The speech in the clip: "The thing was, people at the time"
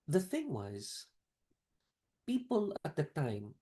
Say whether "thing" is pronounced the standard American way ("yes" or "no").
yes